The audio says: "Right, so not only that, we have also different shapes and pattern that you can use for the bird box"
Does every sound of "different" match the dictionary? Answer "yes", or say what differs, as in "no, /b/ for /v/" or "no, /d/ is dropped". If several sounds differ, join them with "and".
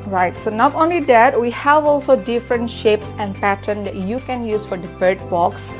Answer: yes